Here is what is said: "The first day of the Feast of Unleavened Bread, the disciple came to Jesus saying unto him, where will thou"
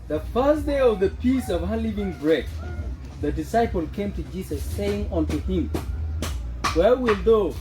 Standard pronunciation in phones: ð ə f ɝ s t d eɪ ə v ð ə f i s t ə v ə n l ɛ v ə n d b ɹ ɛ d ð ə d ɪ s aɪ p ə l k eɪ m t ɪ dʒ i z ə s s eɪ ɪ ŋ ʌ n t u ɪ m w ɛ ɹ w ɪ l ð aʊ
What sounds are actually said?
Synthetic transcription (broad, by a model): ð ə f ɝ s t d eɪ ə v ð ə p i s ə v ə l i v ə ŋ b ɹ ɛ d ð ə d ɪ s aɪ p ə l k eɪ m t ɪ dʒ i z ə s s eɪ ɪ ŋ ʌ n t u ɪ m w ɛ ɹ w ɪ l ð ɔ